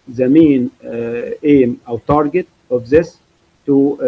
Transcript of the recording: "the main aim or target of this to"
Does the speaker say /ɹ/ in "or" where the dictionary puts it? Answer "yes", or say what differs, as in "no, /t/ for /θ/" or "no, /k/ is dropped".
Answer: no, /w/ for /ɹ/